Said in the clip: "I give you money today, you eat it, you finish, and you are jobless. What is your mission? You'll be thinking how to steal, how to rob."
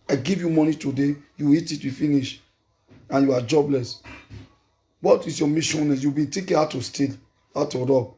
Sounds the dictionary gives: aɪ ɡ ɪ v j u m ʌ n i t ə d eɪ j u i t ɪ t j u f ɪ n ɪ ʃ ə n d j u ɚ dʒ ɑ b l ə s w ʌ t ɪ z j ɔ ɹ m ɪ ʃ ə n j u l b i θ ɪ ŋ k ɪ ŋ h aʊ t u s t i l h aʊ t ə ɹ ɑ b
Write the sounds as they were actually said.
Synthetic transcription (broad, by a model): aɪ ɡ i v j u m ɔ n i t ə d eɪ j u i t ɪ t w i f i n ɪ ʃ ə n j u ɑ dʒ ɑ b l ə s w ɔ t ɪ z j ɔ m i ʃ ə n j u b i t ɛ k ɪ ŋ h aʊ t u s t i l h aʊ t ə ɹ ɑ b